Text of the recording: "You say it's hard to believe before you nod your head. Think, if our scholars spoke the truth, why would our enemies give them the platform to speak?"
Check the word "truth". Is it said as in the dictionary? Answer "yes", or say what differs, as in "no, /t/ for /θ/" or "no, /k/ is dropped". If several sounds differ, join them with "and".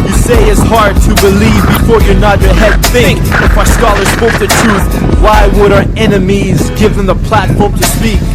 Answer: yes